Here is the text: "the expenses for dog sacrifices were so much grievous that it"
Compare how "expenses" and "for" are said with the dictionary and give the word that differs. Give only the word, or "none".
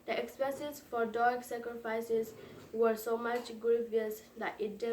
expenses